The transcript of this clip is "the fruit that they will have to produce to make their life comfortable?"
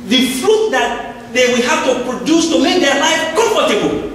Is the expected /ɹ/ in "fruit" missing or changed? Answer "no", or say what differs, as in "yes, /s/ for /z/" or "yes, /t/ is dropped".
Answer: no